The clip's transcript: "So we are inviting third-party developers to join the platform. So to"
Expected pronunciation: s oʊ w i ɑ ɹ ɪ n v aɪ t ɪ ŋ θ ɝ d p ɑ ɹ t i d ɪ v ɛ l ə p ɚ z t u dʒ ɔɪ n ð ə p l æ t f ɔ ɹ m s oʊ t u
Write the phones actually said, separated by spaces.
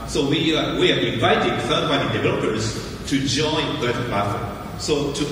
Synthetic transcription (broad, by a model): s oʊ w i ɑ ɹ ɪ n v aɪ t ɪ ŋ f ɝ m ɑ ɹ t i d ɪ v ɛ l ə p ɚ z t u dʒ ɔɪ n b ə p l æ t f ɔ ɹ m s oʊ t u